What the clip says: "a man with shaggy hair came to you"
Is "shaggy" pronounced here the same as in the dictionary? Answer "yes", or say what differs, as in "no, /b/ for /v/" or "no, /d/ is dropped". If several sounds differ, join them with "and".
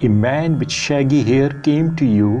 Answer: yes